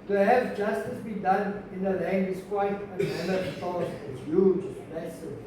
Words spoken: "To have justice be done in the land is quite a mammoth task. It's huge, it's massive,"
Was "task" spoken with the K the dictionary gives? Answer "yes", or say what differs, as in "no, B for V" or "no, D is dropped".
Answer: no, K is dropped